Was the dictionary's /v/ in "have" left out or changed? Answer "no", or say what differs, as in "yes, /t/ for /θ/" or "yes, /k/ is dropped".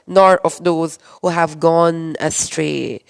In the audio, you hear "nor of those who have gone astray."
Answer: no